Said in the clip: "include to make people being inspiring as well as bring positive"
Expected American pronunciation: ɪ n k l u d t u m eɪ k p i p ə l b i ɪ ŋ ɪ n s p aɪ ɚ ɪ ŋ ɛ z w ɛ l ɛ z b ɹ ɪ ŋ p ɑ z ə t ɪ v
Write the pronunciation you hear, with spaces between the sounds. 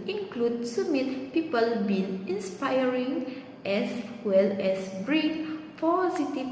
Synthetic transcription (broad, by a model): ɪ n k l u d s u m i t p i p ə l b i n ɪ n s p aɪ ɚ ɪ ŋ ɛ s w ɛ l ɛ s b ɹ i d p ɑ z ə t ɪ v